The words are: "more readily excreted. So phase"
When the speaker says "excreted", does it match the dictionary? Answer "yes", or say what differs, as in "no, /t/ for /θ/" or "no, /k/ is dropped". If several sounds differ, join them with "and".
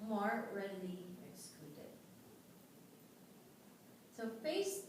no, /l/ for /ɹ/